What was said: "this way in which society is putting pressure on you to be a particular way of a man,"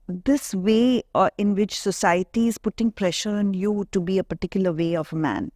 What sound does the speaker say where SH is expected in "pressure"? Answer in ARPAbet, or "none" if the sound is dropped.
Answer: SH